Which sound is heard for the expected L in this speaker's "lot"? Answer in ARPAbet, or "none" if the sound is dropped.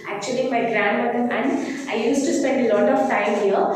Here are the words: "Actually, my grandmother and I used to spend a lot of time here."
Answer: L